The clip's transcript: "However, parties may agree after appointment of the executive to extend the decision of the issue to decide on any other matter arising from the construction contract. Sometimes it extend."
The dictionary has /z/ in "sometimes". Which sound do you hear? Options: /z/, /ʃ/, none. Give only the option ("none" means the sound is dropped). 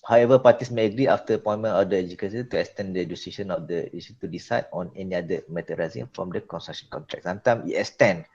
none